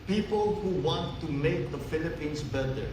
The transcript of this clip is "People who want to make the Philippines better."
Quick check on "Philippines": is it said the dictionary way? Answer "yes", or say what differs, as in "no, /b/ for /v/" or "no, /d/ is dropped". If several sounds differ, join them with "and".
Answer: no, /s/ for /z/